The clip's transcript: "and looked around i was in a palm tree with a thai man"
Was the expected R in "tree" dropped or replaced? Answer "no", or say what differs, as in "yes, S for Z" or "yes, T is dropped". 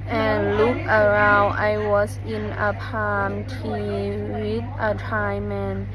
yes, R is dropped